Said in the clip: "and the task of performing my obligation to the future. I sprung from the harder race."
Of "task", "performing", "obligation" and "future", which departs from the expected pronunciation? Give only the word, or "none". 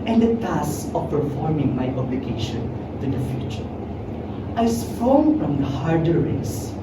task